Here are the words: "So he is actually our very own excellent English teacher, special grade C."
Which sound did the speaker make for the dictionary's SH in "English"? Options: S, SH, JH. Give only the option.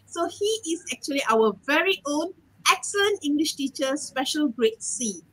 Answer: SH